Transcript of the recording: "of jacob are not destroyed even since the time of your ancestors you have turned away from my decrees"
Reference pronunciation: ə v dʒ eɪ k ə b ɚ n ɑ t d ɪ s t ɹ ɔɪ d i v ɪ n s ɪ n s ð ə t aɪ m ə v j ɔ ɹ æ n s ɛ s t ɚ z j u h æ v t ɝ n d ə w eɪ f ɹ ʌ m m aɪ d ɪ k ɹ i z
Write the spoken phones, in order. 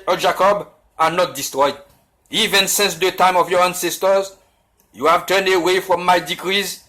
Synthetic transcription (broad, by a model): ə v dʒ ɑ k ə b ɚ n ɑ t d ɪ s t ɹ ɔɪ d i v ɪ n s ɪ n s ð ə t aɪ m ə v j ɔ ɹ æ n s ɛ s t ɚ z j u h æ v t ɝ n d ə w eɪ f ɹ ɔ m m aɪ d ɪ k ɹ i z